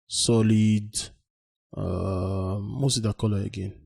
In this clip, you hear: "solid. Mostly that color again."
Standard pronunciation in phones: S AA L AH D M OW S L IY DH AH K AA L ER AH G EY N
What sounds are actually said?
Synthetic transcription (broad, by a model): S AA L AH D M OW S IY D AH K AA L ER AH G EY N